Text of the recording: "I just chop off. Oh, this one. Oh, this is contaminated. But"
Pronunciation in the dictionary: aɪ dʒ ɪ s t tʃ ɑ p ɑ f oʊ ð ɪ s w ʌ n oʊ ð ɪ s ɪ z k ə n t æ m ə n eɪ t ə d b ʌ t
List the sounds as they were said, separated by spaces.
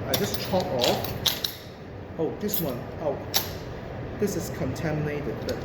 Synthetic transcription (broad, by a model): aɪ dʒ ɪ s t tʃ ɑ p ɑ f oʊ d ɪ s w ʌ n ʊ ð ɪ s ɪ s k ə n t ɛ m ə n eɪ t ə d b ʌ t